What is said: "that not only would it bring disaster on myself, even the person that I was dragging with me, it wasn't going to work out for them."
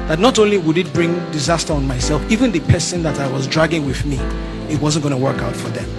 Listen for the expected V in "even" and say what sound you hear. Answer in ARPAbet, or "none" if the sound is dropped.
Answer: V